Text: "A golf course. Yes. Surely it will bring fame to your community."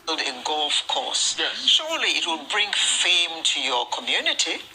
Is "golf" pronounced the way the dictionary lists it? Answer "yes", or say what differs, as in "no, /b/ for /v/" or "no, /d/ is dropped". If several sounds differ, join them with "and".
yes